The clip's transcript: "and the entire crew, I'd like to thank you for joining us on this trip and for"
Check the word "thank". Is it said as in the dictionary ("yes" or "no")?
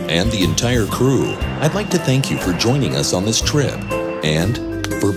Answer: yes